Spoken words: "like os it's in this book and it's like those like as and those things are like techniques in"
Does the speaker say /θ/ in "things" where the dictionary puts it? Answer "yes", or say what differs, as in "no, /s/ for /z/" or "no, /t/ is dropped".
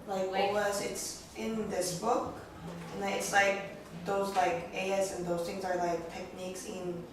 yes